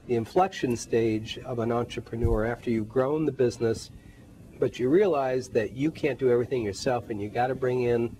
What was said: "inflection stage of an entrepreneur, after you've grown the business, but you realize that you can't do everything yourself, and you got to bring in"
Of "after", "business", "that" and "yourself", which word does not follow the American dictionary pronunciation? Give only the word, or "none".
none